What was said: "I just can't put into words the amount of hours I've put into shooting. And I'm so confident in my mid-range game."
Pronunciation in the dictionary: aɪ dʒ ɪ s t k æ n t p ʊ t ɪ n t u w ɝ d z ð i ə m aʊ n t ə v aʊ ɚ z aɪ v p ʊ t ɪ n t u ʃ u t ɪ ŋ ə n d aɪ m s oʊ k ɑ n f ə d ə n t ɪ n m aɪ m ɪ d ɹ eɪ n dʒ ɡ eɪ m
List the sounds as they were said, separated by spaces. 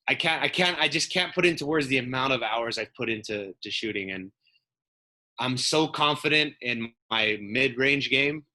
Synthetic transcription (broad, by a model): aɪ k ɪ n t k æ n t p ʊ t ɪ n t u w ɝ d z ð i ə m aʊ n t ə v aʊ ɚ z aɪ v p ʊ t ɪ n t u ʃ u t ɪ ŋ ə n aɪ m s oʊ k ɑ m f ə d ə n t ɪ n m aɪ m ɪ d ɹ eɪ n dʒ ɡ eɪ m